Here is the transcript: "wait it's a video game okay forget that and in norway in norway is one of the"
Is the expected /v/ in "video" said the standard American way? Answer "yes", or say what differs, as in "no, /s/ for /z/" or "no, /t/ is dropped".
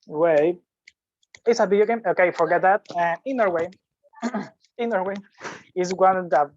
no, /b/ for /v/